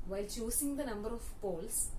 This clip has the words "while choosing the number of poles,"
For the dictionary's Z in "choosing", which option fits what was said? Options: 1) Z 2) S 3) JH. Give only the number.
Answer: 2